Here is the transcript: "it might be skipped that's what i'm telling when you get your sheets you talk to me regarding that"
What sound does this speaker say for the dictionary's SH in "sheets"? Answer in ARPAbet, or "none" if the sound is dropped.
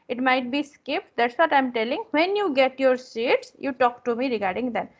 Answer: S